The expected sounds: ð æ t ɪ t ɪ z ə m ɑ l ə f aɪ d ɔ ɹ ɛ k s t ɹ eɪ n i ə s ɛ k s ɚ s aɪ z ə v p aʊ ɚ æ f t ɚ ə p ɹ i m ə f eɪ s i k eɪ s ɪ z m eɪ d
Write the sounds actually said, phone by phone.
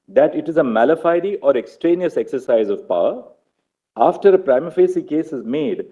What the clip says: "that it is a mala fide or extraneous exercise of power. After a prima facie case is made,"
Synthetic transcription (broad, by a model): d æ t ɪ t ɪ z ə m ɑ l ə f aɪ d ɔ ɹ ɛ k s t ɹ eɪ n i ə s ɛ k s ɚ s aɪ z ə v p aʊ ɚ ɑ f t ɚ ə p ɹ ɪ m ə f eɪ s i k eɪ s ɪ z m eɪ d